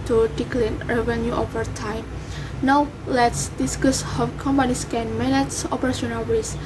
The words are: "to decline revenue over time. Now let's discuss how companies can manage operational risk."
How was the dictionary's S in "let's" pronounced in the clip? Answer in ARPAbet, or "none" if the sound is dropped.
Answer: S